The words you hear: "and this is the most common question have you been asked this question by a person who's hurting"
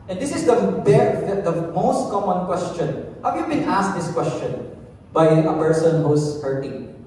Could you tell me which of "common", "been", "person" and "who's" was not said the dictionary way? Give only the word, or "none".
who's